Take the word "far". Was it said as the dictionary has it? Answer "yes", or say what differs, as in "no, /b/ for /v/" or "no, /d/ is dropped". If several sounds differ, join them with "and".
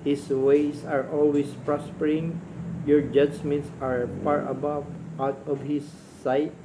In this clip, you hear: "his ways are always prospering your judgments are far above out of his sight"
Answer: no, /p/ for /f/